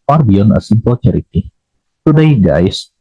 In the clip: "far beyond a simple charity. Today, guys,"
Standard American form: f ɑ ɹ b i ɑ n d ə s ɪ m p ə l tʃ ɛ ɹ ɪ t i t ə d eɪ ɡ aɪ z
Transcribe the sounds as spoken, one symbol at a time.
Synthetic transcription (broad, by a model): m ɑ ɹ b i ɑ n ə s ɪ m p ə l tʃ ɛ ɹ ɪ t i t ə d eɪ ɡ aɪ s